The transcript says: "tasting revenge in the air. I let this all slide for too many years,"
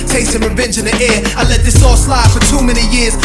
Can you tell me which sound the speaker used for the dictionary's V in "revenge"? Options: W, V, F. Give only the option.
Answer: V